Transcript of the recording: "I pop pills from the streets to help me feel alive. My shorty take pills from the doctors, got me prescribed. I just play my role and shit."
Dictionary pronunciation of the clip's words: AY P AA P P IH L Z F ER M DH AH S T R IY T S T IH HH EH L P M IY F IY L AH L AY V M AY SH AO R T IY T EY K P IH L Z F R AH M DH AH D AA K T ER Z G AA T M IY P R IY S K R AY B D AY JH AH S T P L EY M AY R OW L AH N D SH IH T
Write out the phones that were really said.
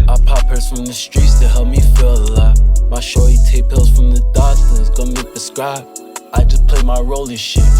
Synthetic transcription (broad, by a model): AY P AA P P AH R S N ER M DH AH S T R IY T S T IH HH EH L P M IY F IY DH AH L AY M AY SH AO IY T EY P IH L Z F R AH M DH AH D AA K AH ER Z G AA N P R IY S K R AY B AY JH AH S P L EY M AY R OW L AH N SH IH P